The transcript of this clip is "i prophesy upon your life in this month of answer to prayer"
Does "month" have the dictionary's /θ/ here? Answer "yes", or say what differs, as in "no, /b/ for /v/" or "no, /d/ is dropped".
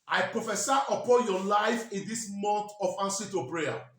no, /t/ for /θ/